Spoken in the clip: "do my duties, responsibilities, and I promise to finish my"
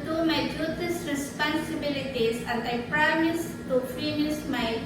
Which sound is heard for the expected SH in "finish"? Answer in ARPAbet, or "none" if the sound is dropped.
S